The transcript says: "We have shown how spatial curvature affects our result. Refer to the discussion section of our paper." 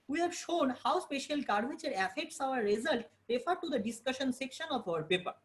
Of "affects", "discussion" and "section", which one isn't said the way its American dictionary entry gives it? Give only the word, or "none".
none